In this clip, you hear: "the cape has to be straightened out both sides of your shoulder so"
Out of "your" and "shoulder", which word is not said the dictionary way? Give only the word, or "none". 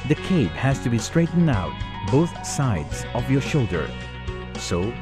none